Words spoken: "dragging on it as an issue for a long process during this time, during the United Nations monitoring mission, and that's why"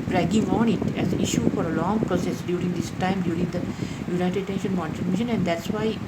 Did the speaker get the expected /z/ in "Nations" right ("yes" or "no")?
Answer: no